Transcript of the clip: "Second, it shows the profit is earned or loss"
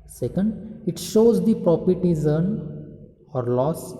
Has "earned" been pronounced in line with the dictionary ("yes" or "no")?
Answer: no